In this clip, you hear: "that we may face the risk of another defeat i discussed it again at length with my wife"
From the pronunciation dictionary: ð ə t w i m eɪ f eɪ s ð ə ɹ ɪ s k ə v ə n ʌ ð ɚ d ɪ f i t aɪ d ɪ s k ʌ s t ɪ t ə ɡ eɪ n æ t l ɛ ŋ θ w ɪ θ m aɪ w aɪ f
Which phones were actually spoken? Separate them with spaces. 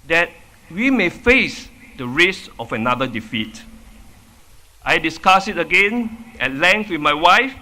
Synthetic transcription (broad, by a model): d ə t w i m eɪ f eɪ s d ə ɹ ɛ s ə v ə n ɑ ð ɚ d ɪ f i t aɪ d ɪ s k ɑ s ɪ t ə ɡ eɪ n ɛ t l ɛ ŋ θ w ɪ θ m aɪ w aɪ f